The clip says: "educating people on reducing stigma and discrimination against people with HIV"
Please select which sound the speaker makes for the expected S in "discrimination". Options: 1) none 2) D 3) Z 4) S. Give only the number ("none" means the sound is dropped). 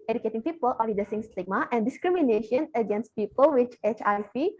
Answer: 4